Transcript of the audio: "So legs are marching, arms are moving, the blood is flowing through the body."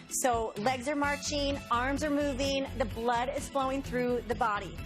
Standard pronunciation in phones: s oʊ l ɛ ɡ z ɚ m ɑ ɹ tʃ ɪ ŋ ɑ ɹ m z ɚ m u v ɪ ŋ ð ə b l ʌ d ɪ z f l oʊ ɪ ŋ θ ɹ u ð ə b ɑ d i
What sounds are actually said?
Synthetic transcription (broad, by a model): s oʊ l ɛ ɡ z ɚ m ɑ ɹ tʃ ɪ ŋ ɑ ɹ m z ɚ m u v ɪ ŋ ð ə b l ʌ d ɪ z f l oʊ ɪ ŋ θ ɹ u ð ə b ɑ d i